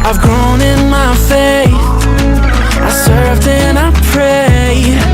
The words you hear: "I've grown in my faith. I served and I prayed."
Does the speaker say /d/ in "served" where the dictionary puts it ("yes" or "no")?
yes